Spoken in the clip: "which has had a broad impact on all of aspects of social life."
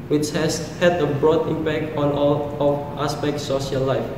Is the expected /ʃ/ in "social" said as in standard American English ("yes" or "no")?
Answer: no